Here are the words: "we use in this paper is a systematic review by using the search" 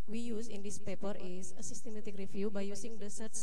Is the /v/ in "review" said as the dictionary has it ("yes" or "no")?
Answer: no